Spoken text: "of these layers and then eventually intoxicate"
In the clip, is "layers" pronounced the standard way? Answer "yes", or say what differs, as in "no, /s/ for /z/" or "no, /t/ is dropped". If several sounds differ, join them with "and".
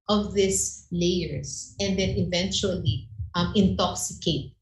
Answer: no, /s/ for /z/